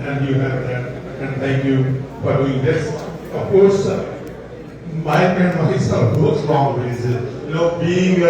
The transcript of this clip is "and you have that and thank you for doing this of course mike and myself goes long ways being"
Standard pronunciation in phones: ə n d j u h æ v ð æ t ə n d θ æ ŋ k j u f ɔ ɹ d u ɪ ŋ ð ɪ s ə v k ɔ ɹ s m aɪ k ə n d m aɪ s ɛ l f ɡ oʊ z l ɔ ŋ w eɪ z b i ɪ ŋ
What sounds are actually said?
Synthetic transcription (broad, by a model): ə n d j u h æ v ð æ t ə n d t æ ŋ k j u f ɔ ɹ d u ɪ ŋ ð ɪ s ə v k ɔ ɹ s m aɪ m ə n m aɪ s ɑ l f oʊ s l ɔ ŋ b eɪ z b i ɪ ŋ